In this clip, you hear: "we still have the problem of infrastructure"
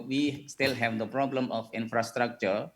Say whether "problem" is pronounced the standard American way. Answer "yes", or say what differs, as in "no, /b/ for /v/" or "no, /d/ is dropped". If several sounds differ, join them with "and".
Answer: yes